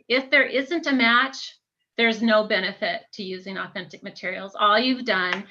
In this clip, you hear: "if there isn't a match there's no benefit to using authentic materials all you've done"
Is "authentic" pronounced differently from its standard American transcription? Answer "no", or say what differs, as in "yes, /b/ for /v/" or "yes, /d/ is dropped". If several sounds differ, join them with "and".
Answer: no